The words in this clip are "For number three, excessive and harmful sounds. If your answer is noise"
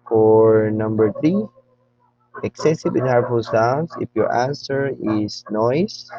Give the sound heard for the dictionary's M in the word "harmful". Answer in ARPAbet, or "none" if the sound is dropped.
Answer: none